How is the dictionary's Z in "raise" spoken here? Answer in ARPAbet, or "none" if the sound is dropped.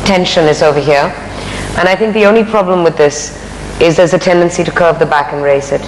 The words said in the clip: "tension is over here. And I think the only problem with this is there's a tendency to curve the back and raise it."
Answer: S